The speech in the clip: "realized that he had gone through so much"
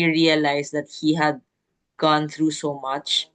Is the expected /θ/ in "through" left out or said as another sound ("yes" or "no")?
yes